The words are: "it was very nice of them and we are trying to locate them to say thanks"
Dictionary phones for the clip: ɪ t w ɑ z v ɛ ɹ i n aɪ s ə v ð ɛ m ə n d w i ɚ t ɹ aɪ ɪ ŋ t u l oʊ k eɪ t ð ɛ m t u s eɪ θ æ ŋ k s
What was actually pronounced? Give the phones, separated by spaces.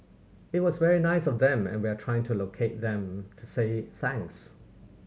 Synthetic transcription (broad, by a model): ɪ t w ɑ z v ɛ ɹ i n aɪ s ə v ð ɛ m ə n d w i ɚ t ɹ aɪ ɪ ŋ t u l oʊ k eɪ t ð ɛ m t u s eɪ θ æ ŋ k s